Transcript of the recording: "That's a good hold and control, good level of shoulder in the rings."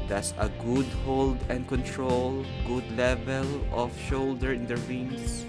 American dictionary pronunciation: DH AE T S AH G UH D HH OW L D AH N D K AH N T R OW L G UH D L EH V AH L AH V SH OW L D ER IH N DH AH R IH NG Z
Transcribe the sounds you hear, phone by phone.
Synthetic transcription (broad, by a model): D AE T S AH G UH D HH OW L D AH N D K AH N T R OW L G UH D L EH V AH L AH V SH OW L D ER IH N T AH R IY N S